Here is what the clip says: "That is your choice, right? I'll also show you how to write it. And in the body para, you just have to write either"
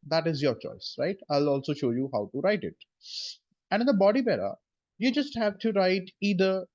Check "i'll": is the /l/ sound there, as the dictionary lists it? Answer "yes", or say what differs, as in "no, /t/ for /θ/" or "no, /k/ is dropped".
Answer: yes